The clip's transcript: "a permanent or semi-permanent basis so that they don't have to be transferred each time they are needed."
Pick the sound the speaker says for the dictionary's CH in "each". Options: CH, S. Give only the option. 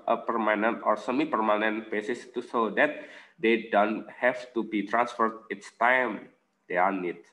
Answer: S